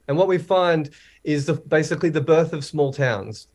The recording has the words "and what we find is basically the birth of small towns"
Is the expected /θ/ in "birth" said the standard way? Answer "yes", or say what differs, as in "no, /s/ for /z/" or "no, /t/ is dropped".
yes